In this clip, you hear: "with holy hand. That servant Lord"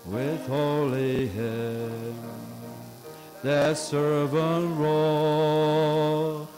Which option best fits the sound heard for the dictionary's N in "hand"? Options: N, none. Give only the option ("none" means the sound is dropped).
none